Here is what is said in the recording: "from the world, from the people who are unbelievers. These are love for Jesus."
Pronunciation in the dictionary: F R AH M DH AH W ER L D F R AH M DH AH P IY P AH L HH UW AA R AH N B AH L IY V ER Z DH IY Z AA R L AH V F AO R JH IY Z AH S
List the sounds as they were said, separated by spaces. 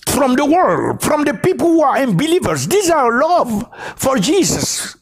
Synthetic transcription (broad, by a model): F R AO M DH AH W ER L D F R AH M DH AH P IY P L HH UW AA R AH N B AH L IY V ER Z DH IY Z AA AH L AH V F AO R JH IY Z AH S